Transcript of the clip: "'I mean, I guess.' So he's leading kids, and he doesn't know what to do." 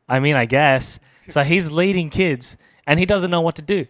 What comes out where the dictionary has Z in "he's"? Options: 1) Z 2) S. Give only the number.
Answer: 1